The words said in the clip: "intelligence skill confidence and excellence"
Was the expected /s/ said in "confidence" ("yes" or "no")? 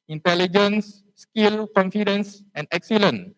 yes